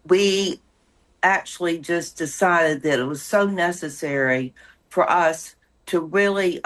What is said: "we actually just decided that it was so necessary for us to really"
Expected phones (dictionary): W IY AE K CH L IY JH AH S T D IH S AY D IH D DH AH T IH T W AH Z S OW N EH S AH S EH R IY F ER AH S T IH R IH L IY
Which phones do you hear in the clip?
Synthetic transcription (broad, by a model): W IY AE K CH L IY JH AH S D IH S AY D IH D DH AH T IH T W AH Z S OW N EH S AH S EH R IY F ER AH S T IH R IH L IY